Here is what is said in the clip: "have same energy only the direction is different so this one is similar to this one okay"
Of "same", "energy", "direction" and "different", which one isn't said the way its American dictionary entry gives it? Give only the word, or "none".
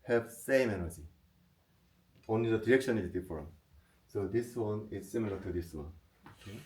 different